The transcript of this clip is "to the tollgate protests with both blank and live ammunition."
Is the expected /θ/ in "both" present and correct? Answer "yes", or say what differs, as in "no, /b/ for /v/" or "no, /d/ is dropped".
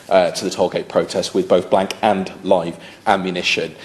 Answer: yes